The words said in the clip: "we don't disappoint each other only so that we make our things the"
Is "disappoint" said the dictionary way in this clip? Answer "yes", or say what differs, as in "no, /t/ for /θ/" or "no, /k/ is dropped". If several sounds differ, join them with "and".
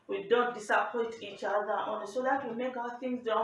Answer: no, /n/ is dropped